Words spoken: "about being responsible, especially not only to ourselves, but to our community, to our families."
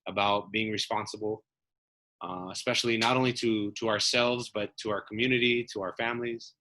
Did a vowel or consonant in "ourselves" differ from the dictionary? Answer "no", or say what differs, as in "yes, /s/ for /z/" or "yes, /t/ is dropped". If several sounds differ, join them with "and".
no